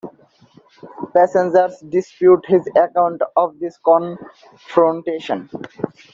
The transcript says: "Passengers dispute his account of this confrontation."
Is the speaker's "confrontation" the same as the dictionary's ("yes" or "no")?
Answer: yes